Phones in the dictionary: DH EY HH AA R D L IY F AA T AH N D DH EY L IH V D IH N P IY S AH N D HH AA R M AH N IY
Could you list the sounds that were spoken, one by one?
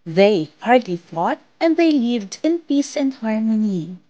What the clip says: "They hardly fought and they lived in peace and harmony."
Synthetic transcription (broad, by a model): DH EY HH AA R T L IY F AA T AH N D DH EY L IH V D IH N P IY S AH N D HH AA R M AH N IY